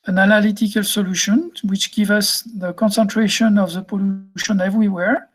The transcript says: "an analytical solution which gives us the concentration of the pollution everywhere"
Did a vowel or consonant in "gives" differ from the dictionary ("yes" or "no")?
yes